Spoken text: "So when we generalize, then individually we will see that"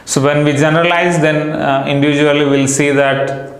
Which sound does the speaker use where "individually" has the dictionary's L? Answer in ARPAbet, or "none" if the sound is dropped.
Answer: none